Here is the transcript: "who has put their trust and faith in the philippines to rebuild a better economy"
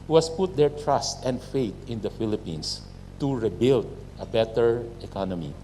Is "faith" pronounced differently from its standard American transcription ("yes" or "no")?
yes